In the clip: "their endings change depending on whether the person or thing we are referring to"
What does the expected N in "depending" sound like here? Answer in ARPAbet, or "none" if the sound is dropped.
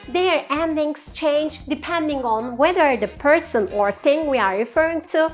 N